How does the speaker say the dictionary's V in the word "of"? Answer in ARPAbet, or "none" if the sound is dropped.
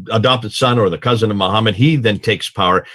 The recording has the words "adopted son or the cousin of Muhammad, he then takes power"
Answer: V